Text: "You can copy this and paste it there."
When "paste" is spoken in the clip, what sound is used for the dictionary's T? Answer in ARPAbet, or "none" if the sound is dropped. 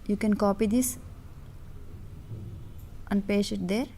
none